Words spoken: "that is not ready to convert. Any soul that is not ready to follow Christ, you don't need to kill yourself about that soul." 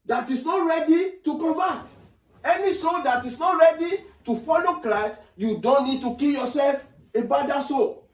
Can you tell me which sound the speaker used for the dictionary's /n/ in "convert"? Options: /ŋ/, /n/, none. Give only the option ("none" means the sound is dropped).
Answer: none